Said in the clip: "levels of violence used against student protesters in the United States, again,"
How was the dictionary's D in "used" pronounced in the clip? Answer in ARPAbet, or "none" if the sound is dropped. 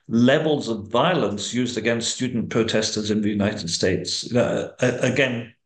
D